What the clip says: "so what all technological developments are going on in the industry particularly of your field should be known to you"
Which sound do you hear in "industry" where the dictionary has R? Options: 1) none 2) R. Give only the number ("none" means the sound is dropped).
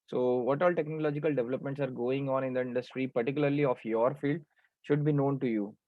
2